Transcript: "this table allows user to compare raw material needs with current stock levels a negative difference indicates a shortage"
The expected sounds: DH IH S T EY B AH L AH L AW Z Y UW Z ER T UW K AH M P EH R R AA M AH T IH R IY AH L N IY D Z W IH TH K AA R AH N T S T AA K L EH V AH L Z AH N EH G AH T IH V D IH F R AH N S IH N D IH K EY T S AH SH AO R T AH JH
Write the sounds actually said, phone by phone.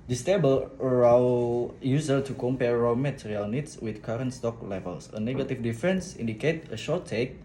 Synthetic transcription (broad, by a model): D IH S T EY B AH L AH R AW Y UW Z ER T UW K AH M P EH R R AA M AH T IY R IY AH L N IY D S W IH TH K AA R AH N T S T AA K L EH V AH L S AH N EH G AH T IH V D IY F R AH N S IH N D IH K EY T AH SH AO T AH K